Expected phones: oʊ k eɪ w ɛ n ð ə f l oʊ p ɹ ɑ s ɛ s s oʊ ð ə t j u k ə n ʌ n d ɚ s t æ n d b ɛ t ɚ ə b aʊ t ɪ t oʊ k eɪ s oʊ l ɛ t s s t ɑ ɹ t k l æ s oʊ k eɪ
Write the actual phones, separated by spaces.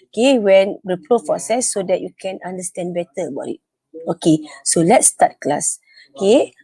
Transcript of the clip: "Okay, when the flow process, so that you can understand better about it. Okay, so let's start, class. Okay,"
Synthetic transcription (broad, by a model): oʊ k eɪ w ɛ n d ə p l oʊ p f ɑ s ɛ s s oʊ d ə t j u k ə n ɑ n d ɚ s t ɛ n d b ɛ t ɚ ə b aʊ t ɪ t oʊ k eɪ s oʊ l ɛ t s s t ɑ t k l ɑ s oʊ k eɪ